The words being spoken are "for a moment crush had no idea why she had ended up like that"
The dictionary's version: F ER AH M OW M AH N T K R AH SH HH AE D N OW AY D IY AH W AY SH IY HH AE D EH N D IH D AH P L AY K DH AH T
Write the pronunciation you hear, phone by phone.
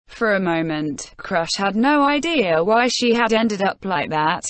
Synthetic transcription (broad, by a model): F ER AH M OW M AH N T K R AH SH HH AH D N OW AY D IY AH W AY SH IY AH D EH N D IH D AH P L AY K DH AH T